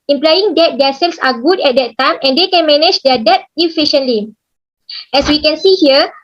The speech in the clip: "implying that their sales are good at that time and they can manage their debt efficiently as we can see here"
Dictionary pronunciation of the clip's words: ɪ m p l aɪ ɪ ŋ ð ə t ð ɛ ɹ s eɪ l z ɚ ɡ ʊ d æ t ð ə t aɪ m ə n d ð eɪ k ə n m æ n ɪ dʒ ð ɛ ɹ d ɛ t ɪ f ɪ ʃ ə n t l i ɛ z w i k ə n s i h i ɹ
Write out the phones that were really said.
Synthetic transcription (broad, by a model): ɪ m p l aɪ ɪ ŋ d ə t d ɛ s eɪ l s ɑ ɡ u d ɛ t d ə t aɪ m ə n d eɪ k ə n m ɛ n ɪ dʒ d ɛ d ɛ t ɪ f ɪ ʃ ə n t l i ɛ s w i k ə n s i h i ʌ